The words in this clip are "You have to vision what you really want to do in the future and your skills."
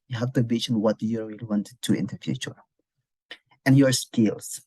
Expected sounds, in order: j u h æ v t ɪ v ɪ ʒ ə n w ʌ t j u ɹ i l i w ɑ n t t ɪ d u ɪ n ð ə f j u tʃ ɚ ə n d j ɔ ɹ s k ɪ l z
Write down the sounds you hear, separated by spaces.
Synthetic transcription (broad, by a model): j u h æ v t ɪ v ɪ ʃ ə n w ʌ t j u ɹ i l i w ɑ n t t ɪ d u ɪ n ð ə f j u tʃ ɚ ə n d j ɔ ɹ s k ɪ l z